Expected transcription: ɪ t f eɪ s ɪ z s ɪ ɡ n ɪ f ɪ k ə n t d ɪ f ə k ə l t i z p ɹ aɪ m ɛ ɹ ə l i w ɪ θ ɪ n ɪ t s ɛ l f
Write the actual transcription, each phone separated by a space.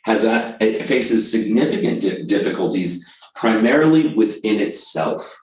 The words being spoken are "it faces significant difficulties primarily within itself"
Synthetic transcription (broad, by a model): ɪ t f eɪ s ɪ z s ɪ ɡ n ɪ f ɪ k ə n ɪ d ɪ f ə k ə l t i z p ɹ aɪ m ɛ ɹ l i w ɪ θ ɪ n ɪ t s ɛ l f